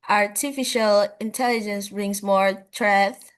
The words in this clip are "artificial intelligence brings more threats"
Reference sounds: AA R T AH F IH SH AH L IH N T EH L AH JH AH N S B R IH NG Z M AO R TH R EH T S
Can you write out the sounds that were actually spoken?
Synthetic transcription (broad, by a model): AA R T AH F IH SH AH L IH N T EH L AH JH AH N S B R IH NG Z M AO R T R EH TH